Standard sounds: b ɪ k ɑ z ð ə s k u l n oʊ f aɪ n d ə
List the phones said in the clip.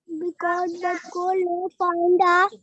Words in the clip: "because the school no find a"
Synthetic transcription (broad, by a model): b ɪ k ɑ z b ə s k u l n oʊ p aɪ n d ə